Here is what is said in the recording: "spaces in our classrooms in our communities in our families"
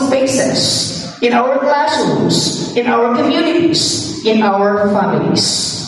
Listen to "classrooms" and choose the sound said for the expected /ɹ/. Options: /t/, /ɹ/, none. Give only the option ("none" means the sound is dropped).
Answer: none